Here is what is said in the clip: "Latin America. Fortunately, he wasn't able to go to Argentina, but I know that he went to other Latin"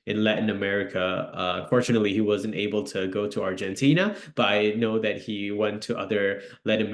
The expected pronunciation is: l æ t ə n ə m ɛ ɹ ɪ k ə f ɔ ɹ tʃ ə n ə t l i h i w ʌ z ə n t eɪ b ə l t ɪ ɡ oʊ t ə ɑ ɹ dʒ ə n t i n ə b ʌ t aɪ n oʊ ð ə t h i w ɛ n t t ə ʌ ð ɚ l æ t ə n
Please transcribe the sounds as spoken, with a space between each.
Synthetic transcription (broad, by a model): l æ t n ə m ɛ ɹ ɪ k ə f ɔ ɹ tʃ ə n ə t l i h i w ʌ z ə n t eɪ b ə l t ɪ ɡ oʊ t ə ɑ ɹ dʒ ə n t i n ə b ʌ t aɪ n oʊ ð ə t h i w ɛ n t t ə ʌ ð ɚ l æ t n